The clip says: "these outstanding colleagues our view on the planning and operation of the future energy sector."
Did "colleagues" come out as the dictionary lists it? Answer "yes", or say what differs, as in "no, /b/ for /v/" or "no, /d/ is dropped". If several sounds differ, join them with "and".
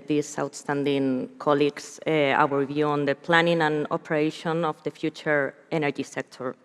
no, /s/ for /z/